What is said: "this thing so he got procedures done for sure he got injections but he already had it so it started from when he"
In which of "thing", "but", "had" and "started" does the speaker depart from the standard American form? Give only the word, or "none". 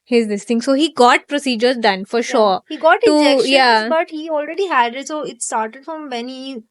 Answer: thing